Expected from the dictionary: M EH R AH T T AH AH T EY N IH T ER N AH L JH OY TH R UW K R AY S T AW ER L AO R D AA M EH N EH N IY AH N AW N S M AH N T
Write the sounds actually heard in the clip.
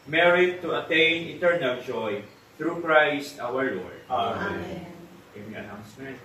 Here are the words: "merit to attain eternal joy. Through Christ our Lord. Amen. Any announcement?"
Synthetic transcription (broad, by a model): M EH R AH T T AH AH T EY N IH T ER N AH L JH OY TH R UW K R AY S T AW ER L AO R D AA EH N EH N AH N AW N S M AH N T